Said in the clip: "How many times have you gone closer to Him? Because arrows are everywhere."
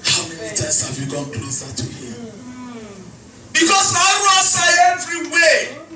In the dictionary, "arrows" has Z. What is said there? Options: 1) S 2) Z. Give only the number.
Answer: 1